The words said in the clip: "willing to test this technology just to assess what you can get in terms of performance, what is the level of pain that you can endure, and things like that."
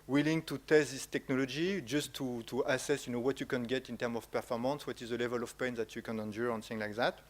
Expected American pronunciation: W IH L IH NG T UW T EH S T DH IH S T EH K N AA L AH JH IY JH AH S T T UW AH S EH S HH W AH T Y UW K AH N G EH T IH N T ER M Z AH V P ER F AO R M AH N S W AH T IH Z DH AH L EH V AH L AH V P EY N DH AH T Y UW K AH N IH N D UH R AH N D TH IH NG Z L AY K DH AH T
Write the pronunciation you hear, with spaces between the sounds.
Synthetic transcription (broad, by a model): W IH L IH NG T UW T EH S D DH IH S T EH K N AA L AH JH IY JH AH S T T UW AH S EH S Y W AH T Y UW K AH N G EH T IH N T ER M AH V P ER F AO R M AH N S W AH T IH Z DH AH L EH V AH L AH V P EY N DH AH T Y UW K AH N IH N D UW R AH N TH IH NG L AY K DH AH T